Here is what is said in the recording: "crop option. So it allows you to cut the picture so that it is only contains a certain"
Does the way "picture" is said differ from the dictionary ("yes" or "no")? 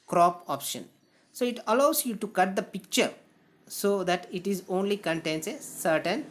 no